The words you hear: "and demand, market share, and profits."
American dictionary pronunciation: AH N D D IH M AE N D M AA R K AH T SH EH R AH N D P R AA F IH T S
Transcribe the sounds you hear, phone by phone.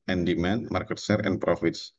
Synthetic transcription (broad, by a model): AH N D D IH M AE N M AA R K AH T S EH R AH N P R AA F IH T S